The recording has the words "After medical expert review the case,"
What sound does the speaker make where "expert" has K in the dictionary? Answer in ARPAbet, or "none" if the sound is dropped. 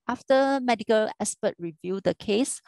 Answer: none